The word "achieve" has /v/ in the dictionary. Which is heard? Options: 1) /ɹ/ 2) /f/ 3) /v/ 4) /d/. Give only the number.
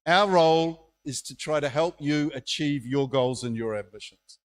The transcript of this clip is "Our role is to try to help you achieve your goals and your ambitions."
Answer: 3